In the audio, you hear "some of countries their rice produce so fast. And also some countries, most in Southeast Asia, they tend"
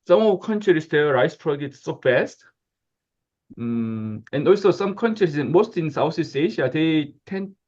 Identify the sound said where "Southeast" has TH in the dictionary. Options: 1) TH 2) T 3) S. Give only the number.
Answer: 3